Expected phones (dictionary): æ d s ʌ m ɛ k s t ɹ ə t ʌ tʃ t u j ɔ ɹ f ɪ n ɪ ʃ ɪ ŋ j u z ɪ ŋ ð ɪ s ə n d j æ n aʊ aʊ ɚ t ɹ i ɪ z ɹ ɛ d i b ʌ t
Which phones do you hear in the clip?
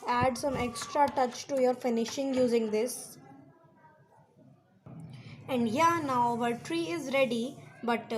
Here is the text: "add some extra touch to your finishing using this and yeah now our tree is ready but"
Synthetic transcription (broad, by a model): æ d s ʌ m ɛ k s t ɹ ə t ʌ tʃ t u j ɔ ɹ f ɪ n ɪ ʃ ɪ ŋ j u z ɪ ŋ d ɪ s ə n d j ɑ n aʊ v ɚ t ɹ i ɪ z ɹ ɛ d i b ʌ t